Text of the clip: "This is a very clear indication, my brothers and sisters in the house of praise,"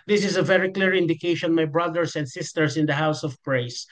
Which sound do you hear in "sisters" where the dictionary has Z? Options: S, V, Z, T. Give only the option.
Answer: S